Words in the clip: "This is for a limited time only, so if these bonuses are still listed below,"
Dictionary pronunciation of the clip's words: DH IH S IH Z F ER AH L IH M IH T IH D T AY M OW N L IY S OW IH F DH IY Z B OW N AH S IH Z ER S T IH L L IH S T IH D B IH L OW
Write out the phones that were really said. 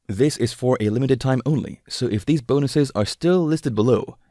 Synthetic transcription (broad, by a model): DH IH S IH Z F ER AH L IH M IH T IH D T AY M OW N L IY S OW IH F DH IY Z B OW N AH S IH Z ER S T IH L L IH S T IH D B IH L OW